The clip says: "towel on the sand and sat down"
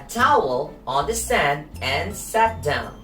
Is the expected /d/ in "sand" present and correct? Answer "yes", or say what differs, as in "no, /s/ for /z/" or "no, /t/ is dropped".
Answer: yes